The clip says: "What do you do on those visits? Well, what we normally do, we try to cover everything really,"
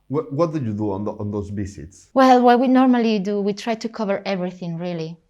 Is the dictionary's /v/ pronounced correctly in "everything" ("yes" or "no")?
yes